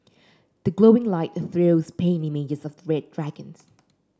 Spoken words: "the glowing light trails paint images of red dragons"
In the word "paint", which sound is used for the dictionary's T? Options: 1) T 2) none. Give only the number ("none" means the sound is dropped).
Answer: 2